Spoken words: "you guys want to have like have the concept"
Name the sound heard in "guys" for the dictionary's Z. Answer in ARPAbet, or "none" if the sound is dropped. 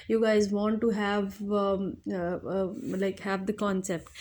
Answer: Z